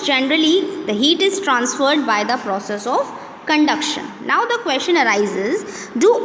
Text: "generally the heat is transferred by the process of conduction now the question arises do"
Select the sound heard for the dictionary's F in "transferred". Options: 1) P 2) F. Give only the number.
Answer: 2